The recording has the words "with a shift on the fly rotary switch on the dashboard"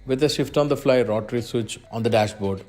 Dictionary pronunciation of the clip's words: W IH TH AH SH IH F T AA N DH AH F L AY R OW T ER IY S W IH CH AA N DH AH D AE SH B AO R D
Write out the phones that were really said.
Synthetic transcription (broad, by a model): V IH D AH SH IH F T AA N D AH F L AY R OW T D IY S W IH CH AA N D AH D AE SH B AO R D